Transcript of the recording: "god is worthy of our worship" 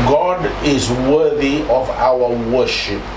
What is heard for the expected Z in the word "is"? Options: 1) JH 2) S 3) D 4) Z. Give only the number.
4